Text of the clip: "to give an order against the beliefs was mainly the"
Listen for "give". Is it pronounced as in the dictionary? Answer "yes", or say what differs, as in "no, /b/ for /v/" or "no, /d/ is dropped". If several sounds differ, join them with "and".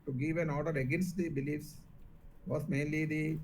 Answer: yes